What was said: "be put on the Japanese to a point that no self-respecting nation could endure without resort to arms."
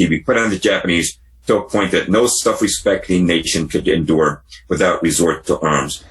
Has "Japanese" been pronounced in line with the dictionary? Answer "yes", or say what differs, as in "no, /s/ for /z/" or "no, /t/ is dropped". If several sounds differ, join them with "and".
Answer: yes